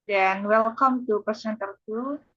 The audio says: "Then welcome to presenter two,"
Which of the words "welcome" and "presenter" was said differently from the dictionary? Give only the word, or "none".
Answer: presenter